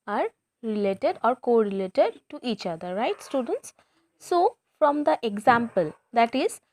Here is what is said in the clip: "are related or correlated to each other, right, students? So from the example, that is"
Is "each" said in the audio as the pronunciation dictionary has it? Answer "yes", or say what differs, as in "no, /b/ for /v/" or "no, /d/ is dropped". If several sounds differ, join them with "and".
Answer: yes